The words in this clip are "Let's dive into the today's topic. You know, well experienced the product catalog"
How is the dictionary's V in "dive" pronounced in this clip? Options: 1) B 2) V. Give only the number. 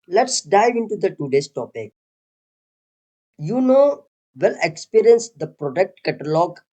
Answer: 2